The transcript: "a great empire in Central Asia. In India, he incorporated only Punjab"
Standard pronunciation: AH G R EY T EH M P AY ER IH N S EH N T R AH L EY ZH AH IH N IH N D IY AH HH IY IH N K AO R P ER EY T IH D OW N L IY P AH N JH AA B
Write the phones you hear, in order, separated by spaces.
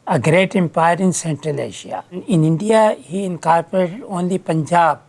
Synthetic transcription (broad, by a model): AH G R EY T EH M P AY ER IH N S EH N T R AH L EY SH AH IH N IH N D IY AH HH IY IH N K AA R P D EY T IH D OW N L IY P AH N JH AA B